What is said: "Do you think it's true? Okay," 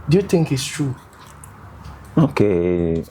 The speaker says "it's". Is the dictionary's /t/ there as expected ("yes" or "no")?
yes